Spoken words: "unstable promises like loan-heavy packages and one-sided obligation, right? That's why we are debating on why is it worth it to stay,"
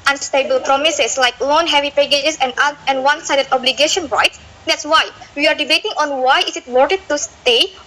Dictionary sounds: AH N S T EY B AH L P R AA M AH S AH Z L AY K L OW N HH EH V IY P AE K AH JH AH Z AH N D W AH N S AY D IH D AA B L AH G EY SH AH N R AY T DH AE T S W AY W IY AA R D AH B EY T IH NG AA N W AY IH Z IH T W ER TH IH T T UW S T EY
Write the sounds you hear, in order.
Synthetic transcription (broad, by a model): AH N S T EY B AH L P R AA M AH S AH S L AY K L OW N HH EH V IY P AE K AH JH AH S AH N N W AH N S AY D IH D AA B L AH G EY SH AH N R AY T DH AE T S W AY W IY AA R D AH B EY T IH NG AA N W AY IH S IH T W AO T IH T T UW S T EY